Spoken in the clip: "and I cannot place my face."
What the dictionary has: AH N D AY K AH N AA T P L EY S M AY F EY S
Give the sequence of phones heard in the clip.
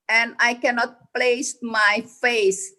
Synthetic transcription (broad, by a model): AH N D AY K AH N AA T P L EY S M AY F EY S